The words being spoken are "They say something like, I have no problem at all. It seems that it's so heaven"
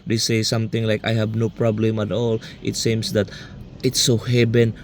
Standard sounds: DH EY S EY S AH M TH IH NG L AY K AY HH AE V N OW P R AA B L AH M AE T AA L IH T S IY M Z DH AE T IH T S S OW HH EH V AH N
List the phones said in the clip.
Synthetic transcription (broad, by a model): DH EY S EY S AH M T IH NG L AY K AY HH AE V N OW P R AA B L AH M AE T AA L IH T S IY M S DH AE T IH T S S OW HH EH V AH N